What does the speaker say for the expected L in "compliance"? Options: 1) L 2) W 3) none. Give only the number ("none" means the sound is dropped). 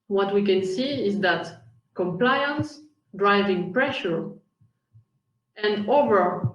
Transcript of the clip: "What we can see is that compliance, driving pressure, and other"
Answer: 1